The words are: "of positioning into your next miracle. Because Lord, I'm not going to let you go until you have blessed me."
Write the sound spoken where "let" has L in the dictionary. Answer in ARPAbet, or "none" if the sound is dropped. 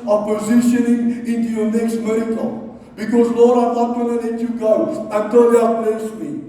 N